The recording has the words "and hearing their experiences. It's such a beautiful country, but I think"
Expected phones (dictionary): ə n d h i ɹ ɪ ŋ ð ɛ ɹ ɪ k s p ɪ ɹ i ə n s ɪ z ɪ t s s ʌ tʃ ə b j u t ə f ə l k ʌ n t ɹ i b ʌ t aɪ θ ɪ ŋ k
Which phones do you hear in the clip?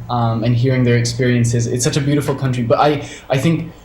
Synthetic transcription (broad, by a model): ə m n h i ɹ ɪ ŋ ð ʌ ɹ ɪ k s p ɪ ɹ i ə n s ɪ z ɪ t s s ʌ tʃ ə b j u t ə f l k ʌ n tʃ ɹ i b ʌ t aɪ θ ɪ ŋ k